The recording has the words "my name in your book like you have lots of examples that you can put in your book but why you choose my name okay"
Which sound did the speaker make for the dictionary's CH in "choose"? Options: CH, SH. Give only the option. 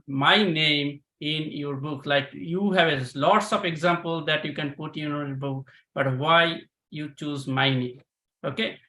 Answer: CH